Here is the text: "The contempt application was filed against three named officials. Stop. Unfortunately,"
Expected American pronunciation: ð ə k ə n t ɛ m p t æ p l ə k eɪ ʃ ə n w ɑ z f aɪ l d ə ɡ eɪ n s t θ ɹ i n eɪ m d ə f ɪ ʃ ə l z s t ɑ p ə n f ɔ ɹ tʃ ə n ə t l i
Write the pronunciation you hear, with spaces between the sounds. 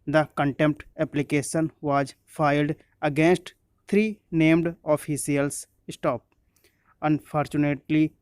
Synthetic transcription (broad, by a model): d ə k ə n t ɛ m p t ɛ p l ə k eɪ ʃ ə n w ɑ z f aɪ l d ə ɡ eɪ n s t t ɹ i n eɪ m d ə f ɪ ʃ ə l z s t ɑ p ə n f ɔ ɹ tʃ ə n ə t l i